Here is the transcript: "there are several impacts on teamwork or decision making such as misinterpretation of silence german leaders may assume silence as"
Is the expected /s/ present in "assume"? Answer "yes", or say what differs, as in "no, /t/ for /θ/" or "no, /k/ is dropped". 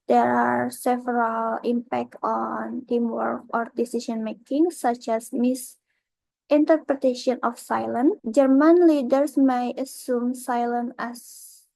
yes